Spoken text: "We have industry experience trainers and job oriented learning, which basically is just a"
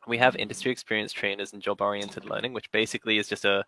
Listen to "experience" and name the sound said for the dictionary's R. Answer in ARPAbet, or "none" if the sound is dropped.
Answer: R